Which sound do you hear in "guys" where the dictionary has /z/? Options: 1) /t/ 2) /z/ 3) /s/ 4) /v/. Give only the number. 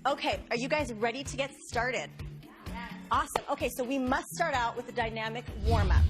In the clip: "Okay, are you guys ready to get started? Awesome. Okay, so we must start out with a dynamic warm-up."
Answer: 2